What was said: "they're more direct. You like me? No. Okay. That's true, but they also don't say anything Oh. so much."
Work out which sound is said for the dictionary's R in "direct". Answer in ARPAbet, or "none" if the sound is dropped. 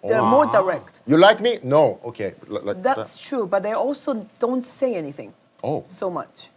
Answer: R